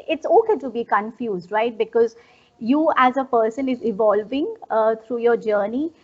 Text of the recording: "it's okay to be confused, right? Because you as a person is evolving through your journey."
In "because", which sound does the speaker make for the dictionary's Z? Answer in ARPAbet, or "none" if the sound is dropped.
Z